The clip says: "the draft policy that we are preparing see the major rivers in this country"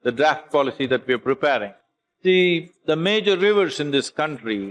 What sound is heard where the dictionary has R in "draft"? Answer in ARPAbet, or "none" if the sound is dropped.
R